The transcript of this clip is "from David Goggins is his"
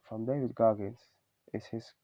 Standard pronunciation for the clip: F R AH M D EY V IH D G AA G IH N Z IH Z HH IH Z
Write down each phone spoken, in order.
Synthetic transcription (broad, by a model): F R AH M D EY V IH D G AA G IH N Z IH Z HH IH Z